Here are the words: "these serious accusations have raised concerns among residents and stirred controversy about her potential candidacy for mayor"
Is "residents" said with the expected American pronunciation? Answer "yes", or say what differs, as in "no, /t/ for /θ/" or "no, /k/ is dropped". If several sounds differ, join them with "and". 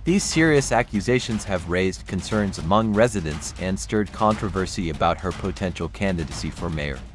yes